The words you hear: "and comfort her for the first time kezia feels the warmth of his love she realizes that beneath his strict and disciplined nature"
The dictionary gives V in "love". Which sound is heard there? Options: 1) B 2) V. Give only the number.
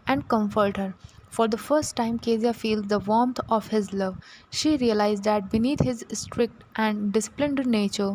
2